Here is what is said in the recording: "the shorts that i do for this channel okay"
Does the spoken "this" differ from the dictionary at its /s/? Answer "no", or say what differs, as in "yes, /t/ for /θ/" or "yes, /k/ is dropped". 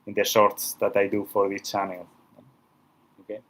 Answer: yes, /s/ is dropped